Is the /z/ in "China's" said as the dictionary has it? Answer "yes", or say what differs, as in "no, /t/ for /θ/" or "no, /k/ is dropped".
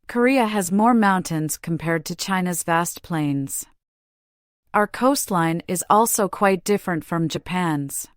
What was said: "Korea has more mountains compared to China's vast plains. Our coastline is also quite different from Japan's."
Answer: yes